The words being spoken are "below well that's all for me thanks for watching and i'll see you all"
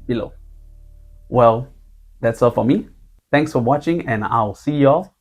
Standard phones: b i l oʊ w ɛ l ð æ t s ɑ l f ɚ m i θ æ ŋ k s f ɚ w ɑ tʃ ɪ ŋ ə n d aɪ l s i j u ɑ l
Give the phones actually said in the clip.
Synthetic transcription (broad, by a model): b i l oʊ w ɛ l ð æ t s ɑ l f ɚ m i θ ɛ ŋ k s f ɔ w ɑ tʃ ɪ ŋ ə n aɪ l s i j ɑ